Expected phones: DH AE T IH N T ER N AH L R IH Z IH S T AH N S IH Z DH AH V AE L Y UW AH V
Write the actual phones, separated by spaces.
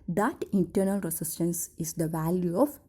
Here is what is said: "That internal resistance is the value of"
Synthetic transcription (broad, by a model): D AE T IH N T ER N AH L R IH S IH S T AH N S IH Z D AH V AE L Y UW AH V